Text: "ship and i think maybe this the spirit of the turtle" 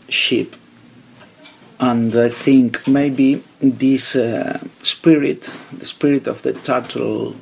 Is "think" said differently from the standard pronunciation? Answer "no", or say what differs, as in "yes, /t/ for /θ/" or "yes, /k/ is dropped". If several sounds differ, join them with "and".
no